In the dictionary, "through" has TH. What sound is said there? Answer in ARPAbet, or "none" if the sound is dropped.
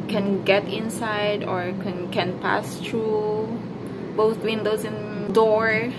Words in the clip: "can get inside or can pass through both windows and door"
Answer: T